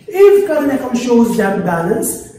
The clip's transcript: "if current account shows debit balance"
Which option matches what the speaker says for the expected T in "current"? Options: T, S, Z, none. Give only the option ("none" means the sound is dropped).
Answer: none